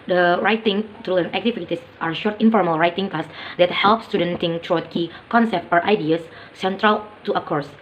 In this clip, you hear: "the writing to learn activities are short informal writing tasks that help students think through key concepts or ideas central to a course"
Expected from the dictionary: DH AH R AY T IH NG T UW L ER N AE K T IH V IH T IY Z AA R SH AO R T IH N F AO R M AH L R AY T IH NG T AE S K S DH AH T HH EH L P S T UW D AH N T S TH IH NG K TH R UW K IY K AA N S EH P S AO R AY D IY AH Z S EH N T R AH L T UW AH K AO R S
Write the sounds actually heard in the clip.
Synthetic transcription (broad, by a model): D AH R AY T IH NG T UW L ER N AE K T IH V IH T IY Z AA R SH AO R T IH N F AO R M AH L R AY T IH NG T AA S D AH T HH EH L P S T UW D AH N T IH NG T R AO K IY K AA N S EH P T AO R AY D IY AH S S EH N T R AH L T UW AH K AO R S